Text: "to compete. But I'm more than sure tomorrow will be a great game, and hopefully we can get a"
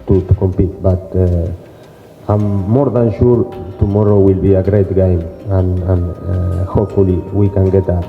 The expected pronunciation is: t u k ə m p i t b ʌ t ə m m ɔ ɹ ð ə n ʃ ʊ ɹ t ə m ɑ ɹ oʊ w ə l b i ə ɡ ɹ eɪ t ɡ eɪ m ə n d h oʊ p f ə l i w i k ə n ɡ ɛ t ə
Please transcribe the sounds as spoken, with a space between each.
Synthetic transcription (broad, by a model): t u k ə m p i t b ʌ t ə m m ɔ ɹ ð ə n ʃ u ɹ t ə m ɑ ɹ oʊ w ə l b i ə ɡ ɹ eɪ t ɡ eɪ m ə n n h oʊ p f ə l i w i k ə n ɡ ɛ t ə